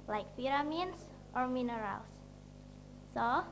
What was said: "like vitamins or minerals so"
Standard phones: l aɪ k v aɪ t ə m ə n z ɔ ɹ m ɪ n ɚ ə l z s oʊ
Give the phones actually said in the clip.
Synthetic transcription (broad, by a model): l aɪ k f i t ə m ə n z ɔ ɹ m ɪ n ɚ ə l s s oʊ